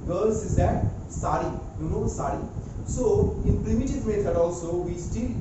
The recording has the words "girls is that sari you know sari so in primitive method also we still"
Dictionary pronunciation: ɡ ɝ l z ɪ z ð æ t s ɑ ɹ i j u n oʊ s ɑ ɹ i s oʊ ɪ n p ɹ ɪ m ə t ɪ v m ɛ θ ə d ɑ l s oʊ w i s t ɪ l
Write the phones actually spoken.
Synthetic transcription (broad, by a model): ɡ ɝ l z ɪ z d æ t s ɑ ɹ i j u n oʊ s ɑ ɹ i s oʊ ɪ n p ɹ ɪ m ə t ɪ v m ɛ t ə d ɑ l s oʊ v i s t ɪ l